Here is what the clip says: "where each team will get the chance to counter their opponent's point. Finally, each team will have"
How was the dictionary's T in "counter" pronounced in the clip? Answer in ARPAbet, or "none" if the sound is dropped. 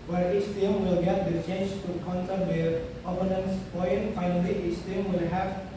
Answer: S